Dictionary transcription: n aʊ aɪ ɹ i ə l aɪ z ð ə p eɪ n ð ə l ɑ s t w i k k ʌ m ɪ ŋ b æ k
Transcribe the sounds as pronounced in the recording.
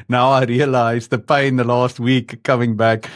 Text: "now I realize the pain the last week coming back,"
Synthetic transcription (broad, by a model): n aʊ aɪ ɹ i ə l aɪ z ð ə p eɪ n ð ə l ɑ s t w i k k ʌ m ɪ ŋ b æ k